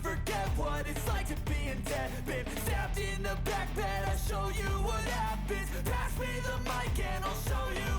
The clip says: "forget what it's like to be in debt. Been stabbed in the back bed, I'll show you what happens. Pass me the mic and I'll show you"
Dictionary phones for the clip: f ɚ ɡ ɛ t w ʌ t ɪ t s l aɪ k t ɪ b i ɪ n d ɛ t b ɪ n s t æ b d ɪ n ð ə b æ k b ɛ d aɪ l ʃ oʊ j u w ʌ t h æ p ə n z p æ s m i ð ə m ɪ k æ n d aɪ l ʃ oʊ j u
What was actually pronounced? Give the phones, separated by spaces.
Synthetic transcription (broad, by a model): f ɚ ɡ ɛ t w ʌ t ɪ t s l aɪ k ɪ b i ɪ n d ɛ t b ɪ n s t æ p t ɪ n ð ə b æ k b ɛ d aɪ ʃ oʊ j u w ʌ t h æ b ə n p æ s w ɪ ð ə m ɪ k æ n aɪ l ʃ oʊ j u